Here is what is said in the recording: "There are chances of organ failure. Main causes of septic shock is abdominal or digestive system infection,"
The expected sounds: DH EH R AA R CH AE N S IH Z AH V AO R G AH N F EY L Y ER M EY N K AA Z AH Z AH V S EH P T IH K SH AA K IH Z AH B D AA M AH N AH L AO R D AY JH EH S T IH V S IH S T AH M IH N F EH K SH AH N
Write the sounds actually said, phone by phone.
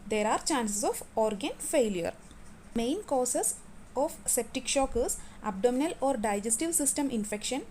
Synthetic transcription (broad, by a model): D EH R AA R CH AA N S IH S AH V AO R G AH N F EY L Y ER M EY N K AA S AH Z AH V S EH P T IH K SH AA K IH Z AH B D AA M AH N AH L AO R D AY JH EH S T IH V S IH S T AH M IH N F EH K SH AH N